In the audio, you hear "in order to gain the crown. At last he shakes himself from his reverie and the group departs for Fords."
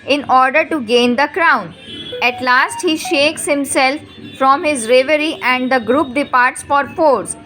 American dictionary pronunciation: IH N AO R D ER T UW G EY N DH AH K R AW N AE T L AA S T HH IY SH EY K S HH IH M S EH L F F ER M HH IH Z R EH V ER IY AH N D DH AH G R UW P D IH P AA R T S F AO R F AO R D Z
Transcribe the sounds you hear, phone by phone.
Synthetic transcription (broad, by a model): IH N AO R D ER T UW G EY N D AH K R AW N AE T L AA S T HH IY SH EY K S HH IH M S EH L F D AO M HH IH Z R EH V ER IY AH N D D AH G R UW P D IH P AA R T S F AO R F AO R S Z